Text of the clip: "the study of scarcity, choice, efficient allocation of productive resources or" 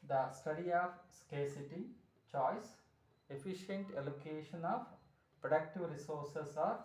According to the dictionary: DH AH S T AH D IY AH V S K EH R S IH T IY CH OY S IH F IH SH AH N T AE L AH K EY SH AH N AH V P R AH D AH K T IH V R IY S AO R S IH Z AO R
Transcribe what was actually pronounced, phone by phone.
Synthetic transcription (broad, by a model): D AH S T AH D IY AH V S K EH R S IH T IY CH OY S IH F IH SH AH N T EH L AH K EY SH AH N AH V P R AH D AH K T IH V R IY S AO R S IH S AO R